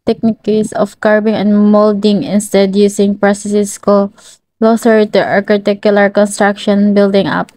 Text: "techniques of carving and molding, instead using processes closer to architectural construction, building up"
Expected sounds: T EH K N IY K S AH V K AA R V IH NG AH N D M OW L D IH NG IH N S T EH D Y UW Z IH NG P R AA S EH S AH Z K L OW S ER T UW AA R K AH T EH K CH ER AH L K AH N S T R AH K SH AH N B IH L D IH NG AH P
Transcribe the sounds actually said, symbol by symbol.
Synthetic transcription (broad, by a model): T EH K N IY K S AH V K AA R B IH NG AH N D M OW L D IH NG IH N S T EH D Y UW S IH NG P R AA S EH S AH S K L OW S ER T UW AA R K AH T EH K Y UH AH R K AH N S T R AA K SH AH N B IH L D IH NG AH P